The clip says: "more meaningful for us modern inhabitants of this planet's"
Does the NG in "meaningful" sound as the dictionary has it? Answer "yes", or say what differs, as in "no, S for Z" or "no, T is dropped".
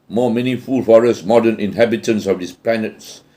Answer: no, NG is dropped